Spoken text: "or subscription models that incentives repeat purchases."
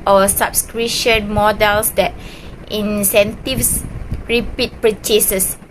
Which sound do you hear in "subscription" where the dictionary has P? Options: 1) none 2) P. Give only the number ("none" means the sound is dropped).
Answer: 1